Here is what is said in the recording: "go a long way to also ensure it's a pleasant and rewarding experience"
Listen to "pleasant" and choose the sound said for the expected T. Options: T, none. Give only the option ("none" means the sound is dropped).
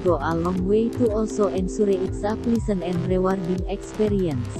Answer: none